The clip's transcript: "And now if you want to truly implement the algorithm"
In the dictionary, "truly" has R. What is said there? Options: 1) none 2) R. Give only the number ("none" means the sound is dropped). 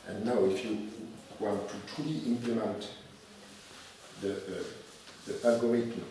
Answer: 1